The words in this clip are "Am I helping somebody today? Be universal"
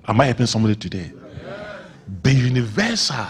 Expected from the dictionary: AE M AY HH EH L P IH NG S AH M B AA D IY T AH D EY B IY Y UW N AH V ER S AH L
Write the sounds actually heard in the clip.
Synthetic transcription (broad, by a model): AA M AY HH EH P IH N S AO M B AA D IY T AH D EY B IY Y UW N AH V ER S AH